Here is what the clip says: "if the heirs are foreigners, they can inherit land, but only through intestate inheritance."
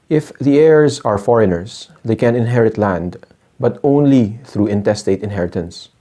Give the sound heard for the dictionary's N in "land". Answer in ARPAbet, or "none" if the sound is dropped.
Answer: N